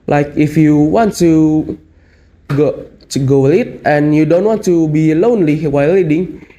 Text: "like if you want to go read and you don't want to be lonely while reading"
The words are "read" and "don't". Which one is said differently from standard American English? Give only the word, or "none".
read